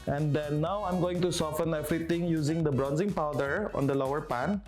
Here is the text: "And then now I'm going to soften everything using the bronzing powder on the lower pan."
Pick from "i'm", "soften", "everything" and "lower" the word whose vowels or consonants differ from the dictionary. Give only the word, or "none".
everything